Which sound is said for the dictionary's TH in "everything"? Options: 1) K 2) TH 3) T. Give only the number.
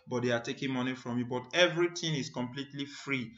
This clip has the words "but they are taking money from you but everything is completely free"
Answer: 3